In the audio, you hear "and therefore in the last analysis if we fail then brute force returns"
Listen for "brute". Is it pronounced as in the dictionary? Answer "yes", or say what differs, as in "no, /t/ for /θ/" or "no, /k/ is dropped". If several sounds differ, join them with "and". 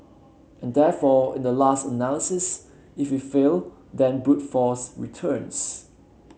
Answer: no, /ɹ/ is dropped